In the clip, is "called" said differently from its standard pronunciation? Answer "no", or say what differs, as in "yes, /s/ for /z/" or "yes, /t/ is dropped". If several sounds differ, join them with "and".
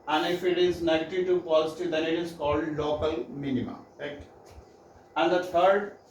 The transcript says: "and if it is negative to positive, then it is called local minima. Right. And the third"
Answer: no